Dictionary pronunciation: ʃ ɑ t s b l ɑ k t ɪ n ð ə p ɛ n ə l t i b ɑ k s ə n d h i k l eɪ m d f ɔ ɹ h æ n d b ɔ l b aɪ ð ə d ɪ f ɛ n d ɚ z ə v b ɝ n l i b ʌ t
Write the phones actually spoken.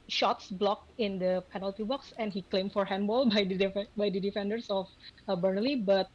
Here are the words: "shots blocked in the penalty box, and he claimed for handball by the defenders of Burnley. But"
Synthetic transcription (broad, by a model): ʃ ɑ t s b l ɑ k ɪ n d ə p ɛ n ə l t i b ɑ k s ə n h i k l eɪ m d f ɔ ɹ h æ n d b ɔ l b aɪ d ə d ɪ f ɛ n d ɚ s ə f b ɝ n l i b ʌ t